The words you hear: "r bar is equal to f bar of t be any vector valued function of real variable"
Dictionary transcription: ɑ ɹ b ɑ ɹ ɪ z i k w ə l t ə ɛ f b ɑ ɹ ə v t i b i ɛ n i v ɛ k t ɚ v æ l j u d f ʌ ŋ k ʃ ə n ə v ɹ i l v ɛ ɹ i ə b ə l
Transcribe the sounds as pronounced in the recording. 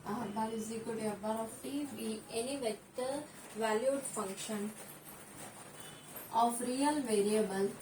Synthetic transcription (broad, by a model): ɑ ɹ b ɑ l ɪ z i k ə t ə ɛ b ɑ ɹ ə f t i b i ɛ n i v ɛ t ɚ v æ l j u d f ʌ ŋ k ʃ ə n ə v ɹ i l v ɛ ɹ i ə b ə l